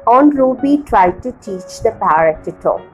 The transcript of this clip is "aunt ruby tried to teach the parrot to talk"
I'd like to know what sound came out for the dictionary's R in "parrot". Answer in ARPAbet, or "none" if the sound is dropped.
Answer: none